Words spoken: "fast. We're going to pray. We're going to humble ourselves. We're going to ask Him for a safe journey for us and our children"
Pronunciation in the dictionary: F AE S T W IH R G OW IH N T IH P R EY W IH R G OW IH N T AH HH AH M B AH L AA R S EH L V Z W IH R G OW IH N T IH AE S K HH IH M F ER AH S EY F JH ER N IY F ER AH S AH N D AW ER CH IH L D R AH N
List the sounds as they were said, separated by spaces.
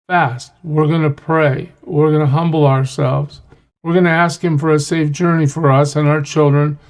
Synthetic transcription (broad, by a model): F AE S T W IH R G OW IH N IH P R EY W IH R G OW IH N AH HH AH M B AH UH AA R S EH L V Z W IH R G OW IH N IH AE S K HH IH M F ER AH S EY F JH ER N IY F ER AH S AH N AW ER CH IH L D R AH N